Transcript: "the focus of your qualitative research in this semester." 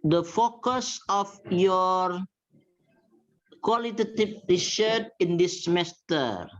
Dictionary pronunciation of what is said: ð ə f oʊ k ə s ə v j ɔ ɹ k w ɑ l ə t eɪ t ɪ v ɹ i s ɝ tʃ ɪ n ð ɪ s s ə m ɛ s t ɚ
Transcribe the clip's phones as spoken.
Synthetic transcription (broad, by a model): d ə f oʊ k ə s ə f j ɔ ɹ k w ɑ l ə t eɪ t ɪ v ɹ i ʃ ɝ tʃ ɪ n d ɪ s s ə m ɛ s t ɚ